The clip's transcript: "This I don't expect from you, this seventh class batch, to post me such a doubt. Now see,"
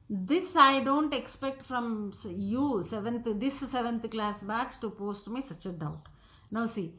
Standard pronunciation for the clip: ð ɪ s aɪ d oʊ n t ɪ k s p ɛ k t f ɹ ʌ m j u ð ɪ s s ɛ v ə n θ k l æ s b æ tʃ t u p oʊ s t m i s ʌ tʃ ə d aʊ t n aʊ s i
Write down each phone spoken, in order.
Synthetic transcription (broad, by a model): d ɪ s aɪ d oʊ n t ɪ k s p ɛ k t f ɹ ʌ m j u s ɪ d s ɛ v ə n t k l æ s b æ s t u p oʊ s t m i s ʌ tʃ ə d aʊ t n aʊ s i